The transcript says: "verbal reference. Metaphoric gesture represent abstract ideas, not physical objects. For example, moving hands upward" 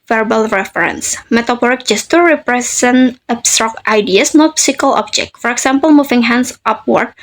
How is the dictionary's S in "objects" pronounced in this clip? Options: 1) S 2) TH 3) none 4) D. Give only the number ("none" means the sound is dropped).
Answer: 3